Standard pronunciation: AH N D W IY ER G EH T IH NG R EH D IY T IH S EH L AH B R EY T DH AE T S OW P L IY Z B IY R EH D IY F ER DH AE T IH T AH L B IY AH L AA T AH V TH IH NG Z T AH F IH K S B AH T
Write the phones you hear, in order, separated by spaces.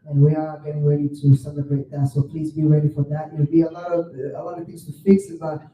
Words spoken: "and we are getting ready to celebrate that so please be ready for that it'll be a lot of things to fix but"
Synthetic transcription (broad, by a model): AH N W IY ER G EH T IH NG R EH D IY T IH S EH L AH B R EY T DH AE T S OW P L IY Z B IY R EH D IY F ER DH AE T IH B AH L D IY AH L AA T AH V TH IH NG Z T AH F IH K S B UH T